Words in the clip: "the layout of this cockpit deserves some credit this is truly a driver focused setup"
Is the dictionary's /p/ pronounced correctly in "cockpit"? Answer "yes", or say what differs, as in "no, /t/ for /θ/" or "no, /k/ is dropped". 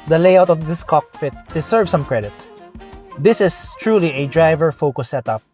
no, /f/ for /p/